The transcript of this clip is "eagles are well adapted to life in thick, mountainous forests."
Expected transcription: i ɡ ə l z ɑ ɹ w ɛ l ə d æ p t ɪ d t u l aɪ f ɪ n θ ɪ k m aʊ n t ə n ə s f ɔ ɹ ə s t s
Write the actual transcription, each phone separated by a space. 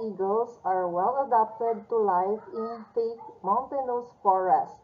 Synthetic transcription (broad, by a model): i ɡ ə l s ɑ ɹ w ɛ l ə d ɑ p t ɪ d t u l aɪ f ɪ n f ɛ k m aʊ n t ə n ə s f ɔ ɹ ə s t